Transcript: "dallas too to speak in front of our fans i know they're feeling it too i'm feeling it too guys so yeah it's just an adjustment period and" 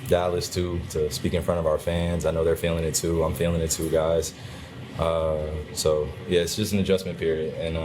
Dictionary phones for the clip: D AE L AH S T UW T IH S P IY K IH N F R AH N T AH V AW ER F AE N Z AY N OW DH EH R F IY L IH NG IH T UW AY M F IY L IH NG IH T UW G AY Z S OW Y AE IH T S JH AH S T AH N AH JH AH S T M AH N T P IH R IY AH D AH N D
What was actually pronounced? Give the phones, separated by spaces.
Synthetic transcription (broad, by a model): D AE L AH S T UW T IH S P IY K IH N F R AH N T AH V AW ER F AE N Z AY N OW DH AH R F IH L IH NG IH T UW AY M F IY L IH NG IH T UW G AY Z S OW Y AE IH T S JH AH S T N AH JH AH S M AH N P IH R IY AH D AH N